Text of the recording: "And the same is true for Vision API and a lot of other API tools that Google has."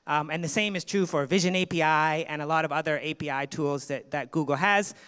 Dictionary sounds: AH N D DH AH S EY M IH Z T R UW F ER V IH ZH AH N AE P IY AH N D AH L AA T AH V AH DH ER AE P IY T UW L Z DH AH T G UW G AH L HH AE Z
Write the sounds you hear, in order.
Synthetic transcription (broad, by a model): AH N DH AH S EY M IH Z T R UW F ER V IH ZH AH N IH P IY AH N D AH L AA T AH V AH DH ER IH P IY T UW L Z DH AH T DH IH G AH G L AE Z